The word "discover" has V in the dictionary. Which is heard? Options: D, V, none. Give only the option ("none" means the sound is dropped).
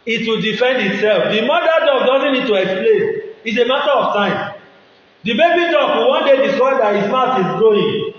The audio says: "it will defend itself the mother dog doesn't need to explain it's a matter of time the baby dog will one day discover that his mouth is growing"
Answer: none